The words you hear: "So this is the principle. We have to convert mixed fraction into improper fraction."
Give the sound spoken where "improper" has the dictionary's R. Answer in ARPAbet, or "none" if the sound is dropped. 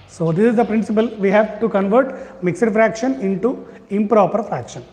R